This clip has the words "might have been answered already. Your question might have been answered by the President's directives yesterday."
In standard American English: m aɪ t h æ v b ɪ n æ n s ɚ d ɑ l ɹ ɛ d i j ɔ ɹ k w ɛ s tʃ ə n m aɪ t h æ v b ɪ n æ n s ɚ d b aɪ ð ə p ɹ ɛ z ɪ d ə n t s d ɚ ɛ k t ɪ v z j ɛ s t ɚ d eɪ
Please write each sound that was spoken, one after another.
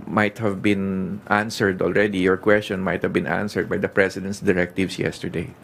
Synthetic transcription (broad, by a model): m aɪ t h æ v b ɪ n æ n s ɚ d ɑ l ɹ ɛ d i j ɔ ɹ k w ɛ s tʃ ə n m aɪ t h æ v b ɪ n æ n s ɚ d b aɪ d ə p ɹ ɛ s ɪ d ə n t s d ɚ ɛ k t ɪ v s j ɛ s t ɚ d eɪ